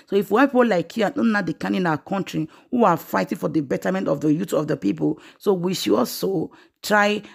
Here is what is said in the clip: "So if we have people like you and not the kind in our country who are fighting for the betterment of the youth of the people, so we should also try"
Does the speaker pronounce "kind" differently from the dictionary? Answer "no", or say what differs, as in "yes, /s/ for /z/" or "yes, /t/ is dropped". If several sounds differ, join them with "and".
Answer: yes, /d/ is dropped